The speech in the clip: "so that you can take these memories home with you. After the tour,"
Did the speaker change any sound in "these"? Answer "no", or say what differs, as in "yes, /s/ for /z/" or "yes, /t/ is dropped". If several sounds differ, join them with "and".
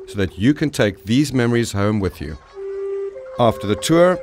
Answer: no